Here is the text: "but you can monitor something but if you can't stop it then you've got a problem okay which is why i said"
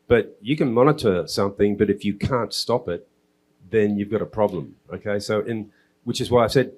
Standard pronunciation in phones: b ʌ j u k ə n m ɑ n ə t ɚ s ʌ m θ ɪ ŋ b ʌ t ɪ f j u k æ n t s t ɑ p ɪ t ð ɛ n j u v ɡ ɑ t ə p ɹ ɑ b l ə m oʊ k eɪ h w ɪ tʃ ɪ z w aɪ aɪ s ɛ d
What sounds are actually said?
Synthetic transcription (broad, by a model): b ʌ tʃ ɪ k ə n m ɑ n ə t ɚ s ʌ m θ ɪ ŋ b ʌ t ɪ f j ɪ k æ n t s t ɑ p ɪ t ð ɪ n j u v ɡ ɑ t ə p ɹ ɑ b l ə m oʊ k eɪ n w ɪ tʃ ɪ z w aɪ aɪ s ɛ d